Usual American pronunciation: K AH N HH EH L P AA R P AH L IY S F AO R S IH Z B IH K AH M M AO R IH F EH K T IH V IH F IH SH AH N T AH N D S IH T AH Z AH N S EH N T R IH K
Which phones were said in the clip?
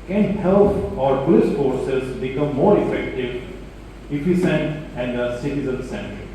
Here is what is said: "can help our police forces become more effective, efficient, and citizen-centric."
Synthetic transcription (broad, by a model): K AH N HH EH L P AA R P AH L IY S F AO R S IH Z B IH K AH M M AO R IH F EH K T IH V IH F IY S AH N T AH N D S IH T AH Z AH N S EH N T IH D